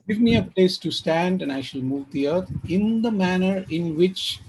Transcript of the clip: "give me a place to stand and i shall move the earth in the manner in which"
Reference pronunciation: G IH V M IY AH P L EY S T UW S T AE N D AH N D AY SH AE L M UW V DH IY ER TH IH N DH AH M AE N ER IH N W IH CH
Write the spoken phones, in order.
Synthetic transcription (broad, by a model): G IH V M IY AH P L EY S T UW S T AE N D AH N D AY SH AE L M UW V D IY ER T IH N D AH M AE N ER IH N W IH CH